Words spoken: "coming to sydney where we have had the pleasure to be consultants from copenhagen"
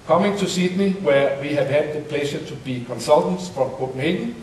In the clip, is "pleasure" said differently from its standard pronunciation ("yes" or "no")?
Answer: yes